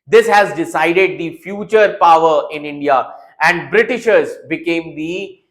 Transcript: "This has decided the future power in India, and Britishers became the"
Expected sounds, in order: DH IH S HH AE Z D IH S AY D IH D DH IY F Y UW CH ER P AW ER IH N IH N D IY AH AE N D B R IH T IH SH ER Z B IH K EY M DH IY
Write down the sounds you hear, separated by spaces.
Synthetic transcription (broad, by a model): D IH S HH AE Z D IH S AY D IH D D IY F Y UW CH ER P AW ER IH N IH N D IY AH AE N D B R IH T IH SH ER Z B IH K EY M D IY